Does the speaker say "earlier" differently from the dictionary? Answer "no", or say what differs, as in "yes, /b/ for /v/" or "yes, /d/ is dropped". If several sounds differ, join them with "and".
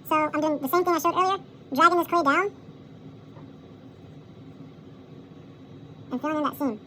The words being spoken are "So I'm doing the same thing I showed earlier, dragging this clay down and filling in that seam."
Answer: yes, /l/ is dropped